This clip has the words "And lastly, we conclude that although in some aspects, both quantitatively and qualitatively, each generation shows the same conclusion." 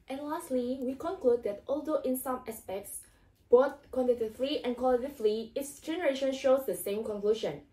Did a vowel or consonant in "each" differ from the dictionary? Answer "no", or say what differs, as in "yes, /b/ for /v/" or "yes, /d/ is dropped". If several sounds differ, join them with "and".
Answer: yes, /s/ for /tʃ/